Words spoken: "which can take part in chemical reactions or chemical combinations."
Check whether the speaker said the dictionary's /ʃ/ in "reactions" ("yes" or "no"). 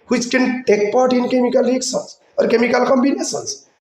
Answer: no